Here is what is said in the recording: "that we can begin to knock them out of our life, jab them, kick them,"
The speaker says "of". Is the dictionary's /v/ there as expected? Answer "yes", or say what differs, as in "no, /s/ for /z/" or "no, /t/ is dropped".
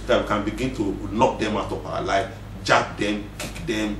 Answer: no, /p/ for /v/